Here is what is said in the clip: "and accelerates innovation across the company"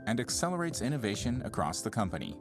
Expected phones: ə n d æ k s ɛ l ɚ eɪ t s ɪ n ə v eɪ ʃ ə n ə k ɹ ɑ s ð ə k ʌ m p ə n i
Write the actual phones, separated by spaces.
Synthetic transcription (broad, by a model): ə n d æ k s ɛ l ɚ eɪ t s ɪ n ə v eɪ ʃ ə n ə k ɹ ɑ s ð ə k ʌ m p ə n i